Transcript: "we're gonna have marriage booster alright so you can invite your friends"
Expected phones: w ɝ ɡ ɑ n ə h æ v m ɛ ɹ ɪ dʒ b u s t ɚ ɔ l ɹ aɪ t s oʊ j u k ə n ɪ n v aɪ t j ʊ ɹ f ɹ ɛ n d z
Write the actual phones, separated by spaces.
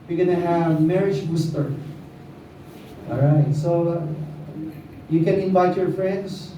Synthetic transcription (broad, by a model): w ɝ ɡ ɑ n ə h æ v m ɛ ɹ ɪ dʒ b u s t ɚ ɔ ɹ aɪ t s oʊ j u k ə n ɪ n v aɪ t j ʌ ɹ f ɹ ɛ n d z